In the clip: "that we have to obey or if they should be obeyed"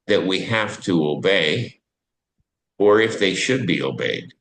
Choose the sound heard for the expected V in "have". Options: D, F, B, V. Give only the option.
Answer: F